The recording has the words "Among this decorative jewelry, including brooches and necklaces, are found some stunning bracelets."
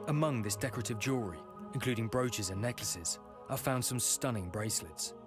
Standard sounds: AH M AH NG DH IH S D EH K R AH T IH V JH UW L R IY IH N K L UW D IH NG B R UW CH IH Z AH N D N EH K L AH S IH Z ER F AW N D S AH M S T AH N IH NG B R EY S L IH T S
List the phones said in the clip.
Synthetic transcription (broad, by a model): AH M AH NG DH IH S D EH K R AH T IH V JH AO R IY IH N K L UW D IH NG B R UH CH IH Z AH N N EH K L AH S IH Z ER F AW N D S AH M S T AH N IH NG B R EY S L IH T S